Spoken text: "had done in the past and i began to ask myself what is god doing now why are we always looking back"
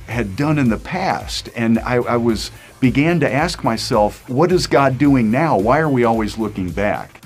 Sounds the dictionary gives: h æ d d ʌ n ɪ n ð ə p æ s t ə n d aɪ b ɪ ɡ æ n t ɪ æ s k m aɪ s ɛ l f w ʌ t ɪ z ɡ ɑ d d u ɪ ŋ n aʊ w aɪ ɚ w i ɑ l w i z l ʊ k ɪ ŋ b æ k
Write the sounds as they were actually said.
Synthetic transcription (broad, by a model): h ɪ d d ʌ n ɪ n ð ə p æ s t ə n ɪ aɪ b ɪ ɡ æ n t ɪ æ s k m aɪ s ɛ l f w ʌ t ɪ z ɡ ɑ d d u ɪ ŋ n aʊ w aɪ ɚ w i ɑ l w i z l ʊ k ɪ ŋ b æ k